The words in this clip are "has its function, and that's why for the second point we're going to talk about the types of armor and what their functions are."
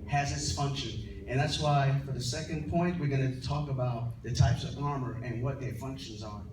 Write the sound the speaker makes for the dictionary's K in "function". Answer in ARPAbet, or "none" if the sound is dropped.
K